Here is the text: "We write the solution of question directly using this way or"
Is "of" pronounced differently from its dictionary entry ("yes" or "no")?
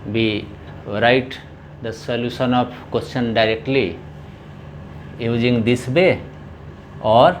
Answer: yes